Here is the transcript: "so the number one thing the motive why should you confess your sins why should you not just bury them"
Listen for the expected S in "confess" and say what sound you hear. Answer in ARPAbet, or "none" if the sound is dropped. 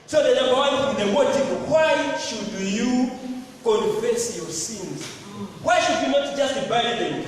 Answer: S